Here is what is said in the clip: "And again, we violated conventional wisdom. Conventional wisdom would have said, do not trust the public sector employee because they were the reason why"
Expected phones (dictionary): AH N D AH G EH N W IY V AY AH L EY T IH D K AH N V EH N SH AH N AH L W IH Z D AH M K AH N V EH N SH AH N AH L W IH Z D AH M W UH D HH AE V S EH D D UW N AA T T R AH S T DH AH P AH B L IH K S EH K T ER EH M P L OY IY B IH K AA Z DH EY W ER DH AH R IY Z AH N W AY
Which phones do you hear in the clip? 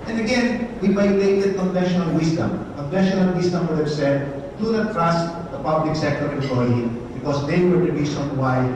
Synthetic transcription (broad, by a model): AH N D AH G EH N W IY B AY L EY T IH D K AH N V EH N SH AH N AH L W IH S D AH M K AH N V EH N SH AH N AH L W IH S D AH M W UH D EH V S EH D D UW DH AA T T R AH S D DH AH P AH B L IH K S EH K T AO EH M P L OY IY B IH K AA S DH EY W ER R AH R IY S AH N W AY